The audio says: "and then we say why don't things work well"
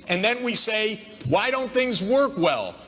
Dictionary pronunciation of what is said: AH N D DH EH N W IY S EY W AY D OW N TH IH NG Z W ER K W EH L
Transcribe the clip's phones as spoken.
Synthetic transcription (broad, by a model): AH N DH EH N W IY S EY W AY D OW N TH IH NG Z W ER K W EH L